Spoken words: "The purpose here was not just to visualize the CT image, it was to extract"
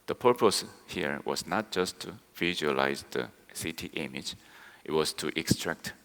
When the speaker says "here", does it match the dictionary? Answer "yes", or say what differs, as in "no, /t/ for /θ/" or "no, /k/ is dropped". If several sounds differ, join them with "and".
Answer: yes